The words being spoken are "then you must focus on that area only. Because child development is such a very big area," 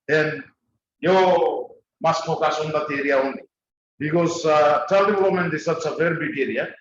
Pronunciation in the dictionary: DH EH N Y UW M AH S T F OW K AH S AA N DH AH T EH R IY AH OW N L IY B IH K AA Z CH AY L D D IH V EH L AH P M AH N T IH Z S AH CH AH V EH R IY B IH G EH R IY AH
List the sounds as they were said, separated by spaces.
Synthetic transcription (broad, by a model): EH N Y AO M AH S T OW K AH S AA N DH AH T EH R IY AH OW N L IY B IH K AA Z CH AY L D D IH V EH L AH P M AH N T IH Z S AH S AH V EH R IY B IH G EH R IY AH